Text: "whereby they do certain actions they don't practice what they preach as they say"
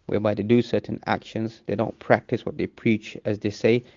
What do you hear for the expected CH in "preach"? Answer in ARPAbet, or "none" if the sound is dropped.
CH